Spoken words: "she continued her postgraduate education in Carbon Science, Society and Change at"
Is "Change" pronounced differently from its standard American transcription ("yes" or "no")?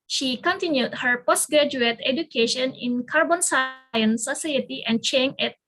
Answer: yes